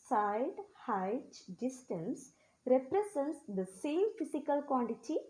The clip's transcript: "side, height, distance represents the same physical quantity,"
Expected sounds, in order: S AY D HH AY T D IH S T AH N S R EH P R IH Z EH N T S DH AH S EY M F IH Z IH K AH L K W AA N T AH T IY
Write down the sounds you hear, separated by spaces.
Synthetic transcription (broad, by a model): S AY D HH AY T D IH S T AH N S R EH P R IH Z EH N T S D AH S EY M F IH S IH K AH L K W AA N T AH T IY